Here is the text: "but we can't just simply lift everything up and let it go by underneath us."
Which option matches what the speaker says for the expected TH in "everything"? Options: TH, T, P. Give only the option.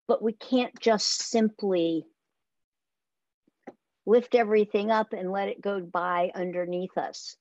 TH